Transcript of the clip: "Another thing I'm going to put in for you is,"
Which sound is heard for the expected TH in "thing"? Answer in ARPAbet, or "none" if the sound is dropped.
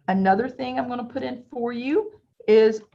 TH